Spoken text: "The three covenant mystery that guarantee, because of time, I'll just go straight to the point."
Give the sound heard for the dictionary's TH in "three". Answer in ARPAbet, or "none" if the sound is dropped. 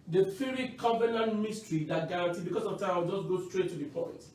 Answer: F